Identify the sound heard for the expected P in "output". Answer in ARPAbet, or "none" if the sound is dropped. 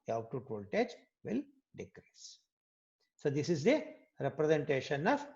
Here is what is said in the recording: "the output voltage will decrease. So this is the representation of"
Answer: none